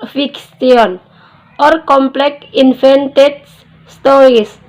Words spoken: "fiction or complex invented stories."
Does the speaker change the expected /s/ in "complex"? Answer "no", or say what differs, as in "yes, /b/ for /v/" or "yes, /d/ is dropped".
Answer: yes, /s/ is dropped